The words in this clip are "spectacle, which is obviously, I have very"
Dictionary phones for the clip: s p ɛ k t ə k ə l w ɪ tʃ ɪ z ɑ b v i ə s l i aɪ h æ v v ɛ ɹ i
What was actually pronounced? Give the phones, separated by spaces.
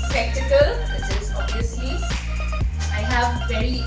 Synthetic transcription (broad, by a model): s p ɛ k t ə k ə l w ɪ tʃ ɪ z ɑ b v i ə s i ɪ h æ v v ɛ ɹ i